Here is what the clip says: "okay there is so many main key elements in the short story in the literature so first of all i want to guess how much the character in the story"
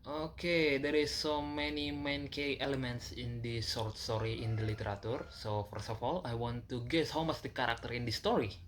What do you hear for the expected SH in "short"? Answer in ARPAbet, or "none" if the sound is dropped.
S